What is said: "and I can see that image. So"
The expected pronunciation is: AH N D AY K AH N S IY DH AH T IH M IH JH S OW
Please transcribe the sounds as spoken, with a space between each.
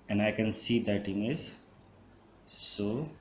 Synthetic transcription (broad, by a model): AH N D AY K AH N S IY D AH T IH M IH Z S OW